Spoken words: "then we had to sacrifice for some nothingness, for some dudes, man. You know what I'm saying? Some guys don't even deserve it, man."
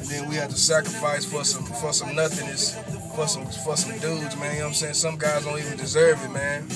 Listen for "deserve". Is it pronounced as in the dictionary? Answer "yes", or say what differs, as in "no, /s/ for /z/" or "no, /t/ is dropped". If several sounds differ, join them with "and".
yes